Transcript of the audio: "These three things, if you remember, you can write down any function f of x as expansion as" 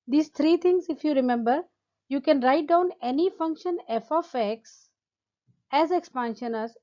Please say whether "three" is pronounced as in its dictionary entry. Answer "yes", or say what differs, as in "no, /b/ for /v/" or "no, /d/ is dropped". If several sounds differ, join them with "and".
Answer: no, /t/ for /θ/